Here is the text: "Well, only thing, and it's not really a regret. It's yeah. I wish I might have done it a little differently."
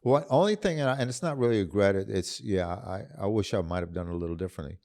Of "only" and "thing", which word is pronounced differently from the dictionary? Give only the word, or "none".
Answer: none